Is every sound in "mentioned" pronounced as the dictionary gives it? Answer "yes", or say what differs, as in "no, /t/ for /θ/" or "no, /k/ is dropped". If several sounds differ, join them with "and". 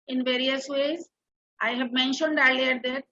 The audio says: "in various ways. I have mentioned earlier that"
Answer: yes